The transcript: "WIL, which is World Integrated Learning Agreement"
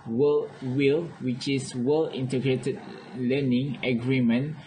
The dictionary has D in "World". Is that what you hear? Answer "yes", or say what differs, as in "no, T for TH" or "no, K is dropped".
no, D is dropped